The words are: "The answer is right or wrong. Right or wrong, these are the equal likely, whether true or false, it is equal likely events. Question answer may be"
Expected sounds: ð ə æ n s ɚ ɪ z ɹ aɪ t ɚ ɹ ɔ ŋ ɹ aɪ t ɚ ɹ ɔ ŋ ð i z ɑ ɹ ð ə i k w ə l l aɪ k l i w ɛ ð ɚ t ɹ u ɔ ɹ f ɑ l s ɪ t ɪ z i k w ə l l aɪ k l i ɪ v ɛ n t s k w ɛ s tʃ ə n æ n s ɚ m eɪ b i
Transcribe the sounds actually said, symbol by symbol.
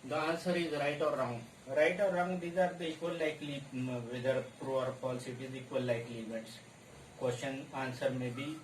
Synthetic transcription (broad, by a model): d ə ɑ n s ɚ ɪ z ɹ aɪ t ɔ ɹ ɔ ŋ ɹ aɪ t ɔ ɹ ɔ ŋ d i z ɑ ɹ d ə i k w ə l l aɪ k l i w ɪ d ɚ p ɹ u ɔ ɹ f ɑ l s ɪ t ɪ z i k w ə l l aɪ k l i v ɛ t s k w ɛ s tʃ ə n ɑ n s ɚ m eɪ b i